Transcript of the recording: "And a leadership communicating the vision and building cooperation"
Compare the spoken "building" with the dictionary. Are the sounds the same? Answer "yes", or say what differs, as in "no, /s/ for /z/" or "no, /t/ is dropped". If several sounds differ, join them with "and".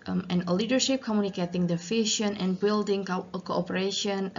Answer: yes